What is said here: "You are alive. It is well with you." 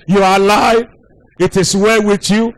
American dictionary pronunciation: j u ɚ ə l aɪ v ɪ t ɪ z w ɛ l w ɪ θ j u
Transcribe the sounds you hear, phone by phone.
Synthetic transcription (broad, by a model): j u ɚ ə l aɪ ɪ t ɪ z w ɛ w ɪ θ j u